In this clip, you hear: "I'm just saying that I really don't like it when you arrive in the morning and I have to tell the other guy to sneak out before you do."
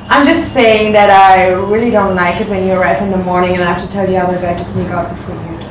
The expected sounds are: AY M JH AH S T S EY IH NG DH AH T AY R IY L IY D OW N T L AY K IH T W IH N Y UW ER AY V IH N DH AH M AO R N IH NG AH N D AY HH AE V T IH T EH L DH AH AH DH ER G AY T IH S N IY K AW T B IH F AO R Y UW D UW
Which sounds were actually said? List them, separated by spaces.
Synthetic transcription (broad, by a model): AY M JH AH S T S EY IH NG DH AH T AY R IY L IY D OW N T L AY K IH T W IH N Y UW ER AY F IH N DH AH M AO R N IH NG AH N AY HH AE F T IH T EH L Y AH AH DH ER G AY T IH S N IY K AW T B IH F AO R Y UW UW